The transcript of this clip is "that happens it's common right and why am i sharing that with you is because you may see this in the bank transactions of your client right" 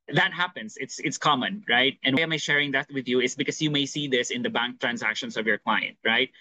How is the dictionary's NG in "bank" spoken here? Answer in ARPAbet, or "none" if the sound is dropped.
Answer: NG